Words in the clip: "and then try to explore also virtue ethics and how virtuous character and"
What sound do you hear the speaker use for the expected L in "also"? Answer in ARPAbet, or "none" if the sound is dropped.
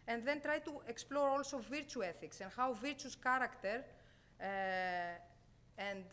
L